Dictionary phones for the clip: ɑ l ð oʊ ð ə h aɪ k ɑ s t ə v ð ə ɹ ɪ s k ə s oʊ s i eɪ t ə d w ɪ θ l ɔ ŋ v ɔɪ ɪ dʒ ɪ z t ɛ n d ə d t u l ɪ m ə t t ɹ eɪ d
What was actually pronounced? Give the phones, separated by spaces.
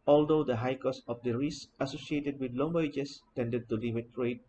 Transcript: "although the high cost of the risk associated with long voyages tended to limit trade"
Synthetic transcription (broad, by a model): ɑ l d oʊ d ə h aɪ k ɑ s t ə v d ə ɹ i s ə s oʊ s i eɪ t ə d w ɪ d l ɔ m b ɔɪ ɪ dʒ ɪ s t ɛ n d ə d t u l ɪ m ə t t ɹ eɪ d